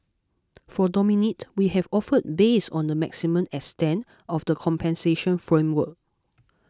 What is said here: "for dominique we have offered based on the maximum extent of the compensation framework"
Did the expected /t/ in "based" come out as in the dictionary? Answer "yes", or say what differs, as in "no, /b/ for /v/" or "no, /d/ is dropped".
no, /t/ is dropped